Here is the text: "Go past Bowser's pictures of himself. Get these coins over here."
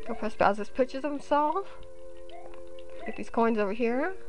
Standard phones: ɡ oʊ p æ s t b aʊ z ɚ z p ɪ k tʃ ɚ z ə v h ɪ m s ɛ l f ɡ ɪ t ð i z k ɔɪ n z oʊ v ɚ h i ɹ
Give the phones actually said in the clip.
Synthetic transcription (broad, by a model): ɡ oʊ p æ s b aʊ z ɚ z p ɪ tʃ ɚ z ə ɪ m s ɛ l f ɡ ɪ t ð i z k ɔɪ n z oʊ v ɚ h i ɹ